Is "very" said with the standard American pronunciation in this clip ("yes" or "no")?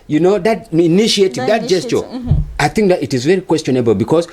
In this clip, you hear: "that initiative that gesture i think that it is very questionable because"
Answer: yes